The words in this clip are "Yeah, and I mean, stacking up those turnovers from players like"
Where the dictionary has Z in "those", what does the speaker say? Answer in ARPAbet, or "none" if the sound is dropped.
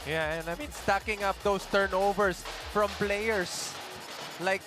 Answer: S